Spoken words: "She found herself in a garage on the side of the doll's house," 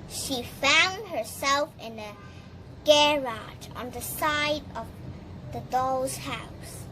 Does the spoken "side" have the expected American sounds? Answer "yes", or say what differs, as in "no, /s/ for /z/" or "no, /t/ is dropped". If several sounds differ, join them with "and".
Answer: yes